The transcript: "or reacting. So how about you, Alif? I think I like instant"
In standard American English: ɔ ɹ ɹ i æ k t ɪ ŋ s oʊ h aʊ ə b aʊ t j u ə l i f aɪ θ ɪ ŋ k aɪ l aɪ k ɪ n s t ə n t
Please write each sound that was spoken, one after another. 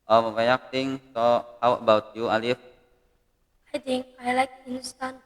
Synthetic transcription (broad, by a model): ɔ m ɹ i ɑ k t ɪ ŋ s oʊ h aʊ ə b aʊ t j u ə l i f aɪ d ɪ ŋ aɪ l aɪ k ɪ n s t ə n